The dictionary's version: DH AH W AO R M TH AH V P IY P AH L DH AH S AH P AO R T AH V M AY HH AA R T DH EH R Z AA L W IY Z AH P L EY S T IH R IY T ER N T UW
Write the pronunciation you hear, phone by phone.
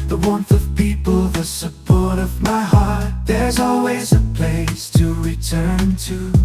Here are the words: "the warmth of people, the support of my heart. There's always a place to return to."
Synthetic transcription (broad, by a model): DH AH W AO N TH AH V P IY P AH L DH AH S AH P AO R T AH V M AY HH AA R T DH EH R Z AA L W IY Z AH P L EY S T IH R IY T ER N T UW